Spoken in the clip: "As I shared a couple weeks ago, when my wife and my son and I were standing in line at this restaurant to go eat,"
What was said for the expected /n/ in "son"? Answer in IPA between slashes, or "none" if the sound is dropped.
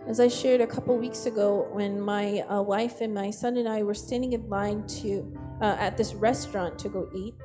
/n/